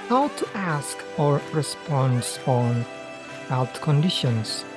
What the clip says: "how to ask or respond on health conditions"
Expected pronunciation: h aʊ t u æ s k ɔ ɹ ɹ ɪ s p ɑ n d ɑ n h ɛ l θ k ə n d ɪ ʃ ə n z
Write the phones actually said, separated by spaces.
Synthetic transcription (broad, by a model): h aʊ t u æ s k ɔ ɹ ɹ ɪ s p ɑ n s ɑ n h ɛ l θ k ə n d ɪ ʃ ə n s